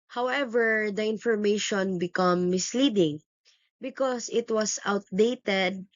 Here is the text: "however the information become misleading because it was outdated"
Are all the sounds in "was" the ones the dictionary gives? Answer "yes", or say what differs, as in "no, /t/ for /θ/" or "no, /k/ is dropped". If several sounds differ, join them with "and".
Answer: no, /s/ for /z/